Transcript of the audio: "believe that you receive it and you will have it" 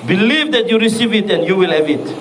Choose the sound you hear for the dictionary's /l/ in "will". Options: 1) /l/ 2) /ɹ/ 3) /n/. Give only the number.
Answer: 1